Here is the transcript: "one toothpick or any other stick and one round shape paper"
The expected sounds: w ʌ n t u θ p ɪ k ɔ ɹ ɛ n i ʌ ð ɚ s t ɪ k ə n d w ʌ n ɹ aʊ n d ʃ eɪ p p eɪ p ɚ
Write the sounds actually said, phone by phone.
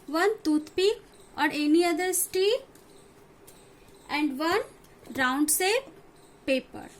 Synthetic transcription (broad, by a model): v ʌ n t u t p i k ɔ ɹ ɛ n i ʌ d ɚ s t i ə n d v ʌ n ɹ aʊ n d s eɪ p p eɪ p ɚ